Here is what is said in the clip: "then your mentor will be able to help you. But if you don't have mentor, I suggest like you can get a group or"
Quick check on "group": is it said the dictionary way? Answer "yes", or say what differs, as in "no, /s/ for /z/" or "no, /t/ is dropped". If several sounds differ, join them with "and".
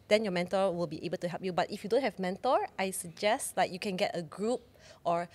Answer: yes